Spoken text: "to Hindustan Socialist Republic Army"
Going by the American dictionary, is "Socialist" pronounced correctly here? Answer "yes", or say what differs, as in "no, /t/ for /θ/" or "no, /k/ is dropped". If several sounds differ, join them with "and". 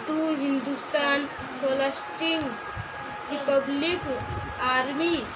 no, /ʃ/ is dropped